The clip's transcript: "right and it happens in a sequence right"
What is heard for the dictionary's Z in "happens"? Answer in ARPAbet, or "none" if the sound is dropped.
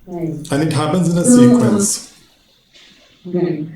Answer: Z